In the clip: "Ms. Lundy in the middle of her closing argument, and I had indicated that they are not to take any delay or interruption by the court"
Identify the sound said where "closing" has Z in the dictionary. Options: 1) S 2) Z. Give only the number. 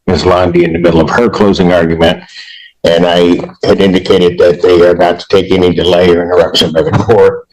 2